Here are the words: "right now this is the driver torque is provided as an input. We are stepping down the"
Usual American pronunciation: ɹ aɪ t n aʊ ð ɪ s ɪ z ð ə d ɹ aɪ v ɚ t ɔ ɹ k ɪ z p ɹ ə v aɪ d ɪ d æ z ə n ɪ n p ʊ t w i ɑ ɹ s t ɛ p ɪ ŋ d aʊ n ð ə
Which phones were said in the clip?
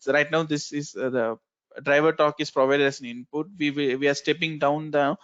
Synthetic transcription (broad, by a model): ɹ aɪ t n aʊ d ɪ s ɪ z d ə d ɹ aɪ v ɚ t ɔ k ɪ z p ɹ ə v aɪ d ɪ d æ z ə n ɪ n p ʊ t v i ɑ ɹ s t ɛ p ɪ ŋ d aʊ n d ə